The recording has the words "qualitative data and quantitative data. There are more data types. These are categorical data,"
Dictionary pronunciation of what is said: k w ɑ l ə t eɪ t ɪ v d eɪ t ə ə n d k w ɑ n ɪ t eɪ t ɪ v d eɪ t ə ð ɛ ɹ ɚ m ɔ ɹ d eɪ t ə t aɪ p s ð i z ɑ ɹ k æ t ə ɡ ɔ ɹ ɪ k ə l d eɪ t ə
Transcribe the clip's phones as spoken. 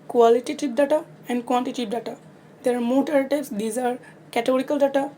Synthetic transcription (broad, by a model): k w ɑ l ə t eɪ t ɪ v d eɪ t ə ə n d k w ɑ n t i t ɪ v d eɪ t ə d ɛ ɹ m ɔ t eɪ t t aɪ b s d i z ɑ ɹ k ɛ t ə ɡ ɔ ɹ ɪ k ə l d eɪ t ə